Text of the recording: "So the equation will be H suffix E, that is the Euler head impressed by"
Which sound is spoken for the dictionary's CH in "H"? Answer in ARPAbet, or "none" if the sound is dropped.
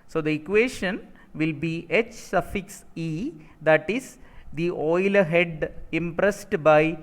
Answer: CH